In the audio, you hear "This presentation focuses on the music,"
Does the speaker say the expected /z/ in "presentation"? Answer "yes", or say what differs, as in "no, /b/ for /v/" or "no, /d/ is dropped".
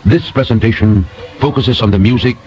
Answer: yes